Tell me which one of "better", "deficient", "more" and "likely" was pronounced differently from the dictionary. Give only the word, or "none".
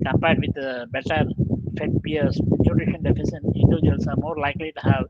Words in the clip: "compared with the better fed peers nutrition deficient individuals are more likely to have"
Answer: deficient